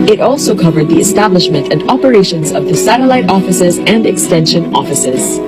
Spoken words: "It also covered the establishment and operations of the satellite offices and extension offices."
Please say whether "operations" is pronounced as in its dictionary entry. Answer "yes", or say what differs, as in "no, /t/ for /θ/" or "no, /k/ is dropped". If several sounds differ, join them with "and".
yes